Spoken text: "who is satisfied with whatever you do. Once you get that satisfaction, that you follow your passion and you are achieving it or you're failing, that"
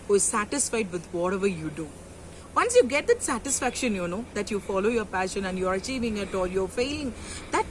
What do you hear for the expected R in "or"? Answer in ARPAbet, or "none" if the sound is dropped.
L